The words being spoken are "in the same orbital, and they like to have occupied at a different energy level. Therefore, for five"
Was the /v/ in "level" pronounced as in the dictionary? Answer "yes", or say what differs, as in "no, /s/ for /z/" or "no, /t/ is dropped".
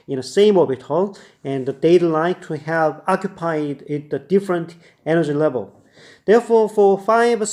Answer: yes